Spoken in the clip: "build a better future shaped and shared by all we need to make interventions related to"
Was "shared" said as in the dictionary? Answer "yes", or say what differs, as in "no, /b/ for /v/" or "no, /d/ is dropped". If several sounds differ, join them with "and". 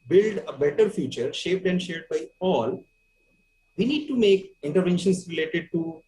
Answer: yes